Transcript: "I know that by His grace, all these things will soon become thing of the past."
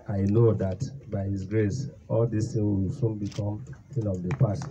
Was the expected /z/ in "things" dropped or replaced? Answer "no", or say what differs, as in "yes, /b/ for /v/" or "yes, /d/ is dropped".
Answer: yes, /z/ is dropped